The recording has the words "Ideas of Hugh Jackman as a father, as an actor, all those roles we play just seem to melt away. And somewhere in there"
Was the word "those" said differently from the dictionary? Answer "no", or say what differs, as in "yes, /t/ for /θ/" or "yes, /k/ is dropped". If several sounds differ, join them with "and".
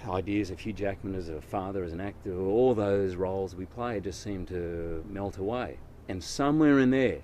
no